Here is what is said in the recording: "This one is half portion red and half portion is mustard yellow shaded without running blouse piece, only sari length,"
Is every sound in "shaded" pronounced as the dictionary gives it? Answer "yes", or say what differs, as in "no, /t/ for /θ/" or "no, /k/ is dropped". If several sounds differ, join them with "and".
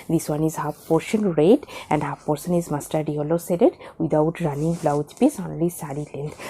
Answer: no, /s/ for /ʃ/